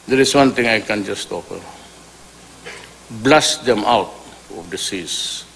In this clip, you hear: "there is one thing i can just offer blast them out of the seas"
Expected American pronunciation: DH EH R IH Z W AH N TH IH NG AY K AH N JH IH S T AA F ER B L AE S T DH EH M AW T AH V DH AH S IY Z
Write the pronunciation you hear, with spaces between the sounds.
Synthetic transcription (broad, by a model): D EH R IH S W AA N T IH NG AY K AH N JH IH S T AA P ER B L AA S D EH M AW T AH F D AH S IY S